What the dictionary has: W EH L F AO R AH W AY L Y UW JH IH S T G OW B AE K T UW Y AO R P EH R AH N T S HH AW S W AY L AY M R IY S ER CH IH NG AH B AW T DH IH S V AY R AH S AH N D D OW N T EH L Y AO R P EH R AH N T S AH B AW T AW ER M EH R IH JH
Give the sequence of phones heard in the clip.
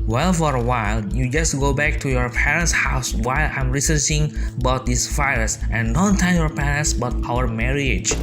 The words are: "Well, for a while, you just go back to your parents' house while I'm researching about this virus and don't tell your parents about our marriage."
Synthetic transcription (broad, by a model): W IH L F AO R AH W AY L Y UW JH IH S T G OW B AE K T UW Y AO R P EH R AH N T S HH AW S W AY L AY M R IY S ER CH IH NG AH B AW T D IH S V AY AH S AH N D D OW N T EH N Y AO R P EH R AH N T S B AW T AW ER M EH R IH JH